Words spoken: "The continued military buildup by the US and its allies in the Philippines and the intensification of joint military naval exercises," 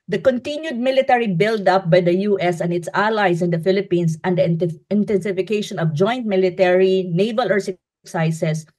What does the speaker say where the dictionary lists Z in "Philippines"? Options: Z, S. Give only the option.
S